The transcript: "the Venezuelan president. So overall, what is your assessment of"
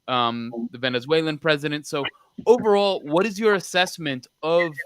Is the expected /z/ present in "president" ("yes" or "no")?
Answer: yes